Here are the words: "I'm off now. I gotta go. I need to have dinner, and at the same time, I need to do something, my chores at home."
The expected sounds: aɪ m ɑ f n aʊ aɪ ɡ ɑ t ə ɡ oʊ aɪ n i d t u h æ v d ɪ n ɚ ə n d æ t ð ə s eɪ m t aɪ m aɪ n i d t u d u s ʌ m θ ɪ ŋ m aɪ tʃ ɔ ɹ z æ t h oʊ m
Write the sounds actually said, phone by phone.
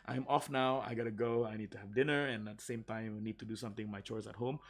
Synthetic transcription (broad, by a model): aɪ m ɑ f n aʊ aɪ ɡ ɑ t ə ɡ oʊ aɪ n i d t u h æ v d ɪ n ɚ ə n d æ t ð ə s eɪ m t aɪ m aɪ n i d t u d u s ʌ m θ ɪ ŋ m aɪ tʃ ɔ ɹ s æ t h oʊ m